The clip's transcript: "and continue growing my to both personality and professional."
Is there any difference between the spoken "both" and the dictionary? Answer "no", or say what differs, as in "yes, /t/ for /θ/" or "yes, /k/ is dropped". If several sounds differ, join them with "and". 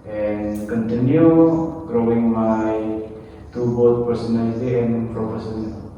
yes, /t/ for /θ/